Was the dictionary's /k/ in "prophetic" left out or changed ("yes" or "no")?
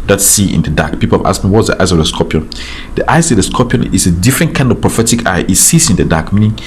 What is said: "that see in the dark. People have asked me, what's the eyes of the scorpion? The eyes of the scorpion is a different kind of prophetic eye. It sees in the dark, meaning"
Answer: no